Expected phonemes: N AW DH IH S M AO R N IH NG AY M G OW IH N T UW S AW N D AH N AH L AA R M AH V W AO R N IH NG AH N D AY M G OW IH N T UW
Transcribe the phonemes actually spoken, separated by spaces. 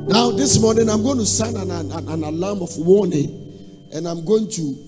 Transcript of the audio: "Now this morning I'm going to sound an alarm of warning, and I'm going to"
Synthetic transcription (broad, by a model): N AW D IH S M AO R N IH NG AY M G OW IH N T UW S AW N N AH N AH N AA L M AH F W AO N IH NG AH N AY M G OW IH N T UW